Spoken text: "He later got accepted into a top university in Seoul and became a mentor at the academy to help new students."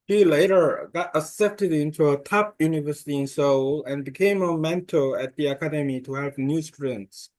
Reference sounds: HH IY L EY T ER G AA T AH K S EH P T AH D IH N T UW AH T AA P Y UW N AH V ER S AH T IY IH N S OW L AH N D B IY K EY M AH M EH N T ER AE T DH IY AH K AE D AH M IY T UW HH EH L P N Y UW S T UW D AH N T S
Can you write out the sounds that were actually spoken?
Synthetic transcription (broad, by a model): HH IY L EY T ER G AA T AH S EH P T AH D IH N T UW AH T AA P Y UW N AH V ER S AH T IY IH N S OW L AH N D B IY K EY M AH M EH N T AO AE T DH IY AH K AE D AH M IY T UW HH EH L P N Y UW S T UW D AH N T S